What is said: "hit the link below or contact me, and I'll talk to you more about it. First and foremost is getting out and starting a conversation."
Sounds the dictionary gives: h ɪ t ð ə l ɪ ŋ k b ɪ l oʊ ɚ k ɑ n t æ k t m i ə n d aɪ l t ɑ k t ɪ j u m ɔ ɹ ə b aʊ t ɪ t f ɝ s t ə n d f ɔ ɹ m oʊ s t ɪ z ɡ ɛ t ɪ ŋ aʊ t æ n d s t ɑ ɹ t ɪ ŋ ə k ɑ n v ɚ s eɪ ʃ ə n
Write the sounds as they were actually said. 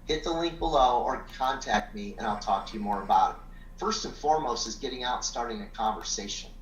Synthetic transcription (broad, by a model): h ɪ t ð ə l ɪ ŋ k b ɪ l oʊ ɚ k ɑ n t æ k t m i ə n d aɪ l t ɑ k t ɪ j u m ɔ ɹ ə b aʊ t ɪ t f ɝ s t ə n f ɔ ɹ m oʊ s t ɪ z ɡ ɛ t ɪ ŋ aʊ t s t ɑ ɹ t ɪ ŋ ə k ɑ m v ɚ s eɪ ʃ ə n